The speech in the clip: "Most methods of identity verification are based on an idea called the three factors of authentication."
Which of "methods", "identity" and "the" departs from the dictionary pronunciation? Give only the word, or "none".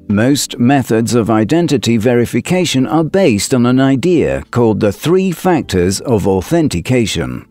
none